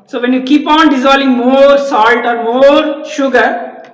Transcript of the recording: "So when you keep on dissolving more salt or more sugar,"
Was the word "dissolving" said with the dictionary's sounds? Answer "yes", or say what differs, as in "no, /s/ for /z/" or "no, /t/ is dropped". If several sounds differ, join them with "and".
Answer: no, /v/ is dropped